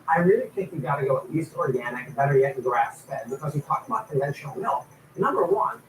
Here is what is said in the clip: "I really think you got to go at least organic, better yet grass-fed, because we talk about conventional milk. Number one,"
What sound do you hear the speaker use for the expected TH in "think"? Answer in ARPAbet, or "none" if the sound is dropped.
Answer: T